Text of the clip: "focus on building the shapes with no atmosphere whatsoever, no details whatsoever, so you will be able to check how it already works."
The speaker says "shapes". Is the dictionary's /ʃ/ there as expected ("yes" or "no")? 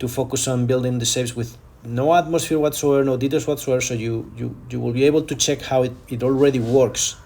no